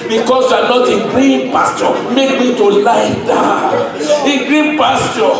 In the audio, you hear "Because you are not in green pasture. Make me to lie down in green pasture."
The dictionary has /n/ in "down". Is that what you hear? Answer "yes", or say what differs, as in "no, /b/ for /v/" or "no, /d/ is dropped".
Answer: no, /n/ is dropped